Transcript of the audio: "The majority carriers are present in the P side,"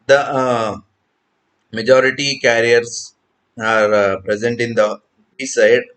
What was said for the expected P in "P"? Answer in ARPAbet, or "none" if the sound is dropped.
B